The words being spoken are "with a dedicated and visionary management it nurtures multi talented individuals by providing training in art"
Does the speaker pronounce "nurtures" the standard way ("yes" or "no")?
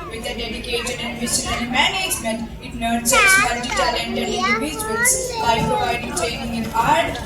no